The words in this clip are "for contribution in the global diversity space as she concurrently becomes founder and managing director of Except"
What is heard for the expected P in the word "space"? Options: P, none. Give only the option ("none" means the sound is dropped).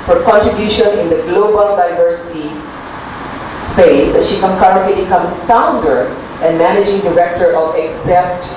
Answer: none